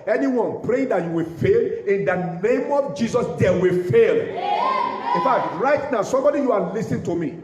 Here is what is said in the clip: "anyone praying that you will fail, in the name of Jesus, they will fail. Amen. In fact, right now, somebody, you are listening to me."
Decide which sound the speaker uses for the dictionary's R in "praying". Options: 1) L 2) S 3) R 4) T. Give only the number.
3